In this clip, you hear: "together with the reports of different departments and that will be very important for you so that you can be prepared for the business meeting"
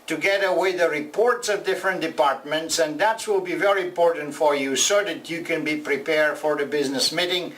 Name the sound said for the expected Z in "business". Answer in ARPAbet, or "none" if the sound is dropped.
Z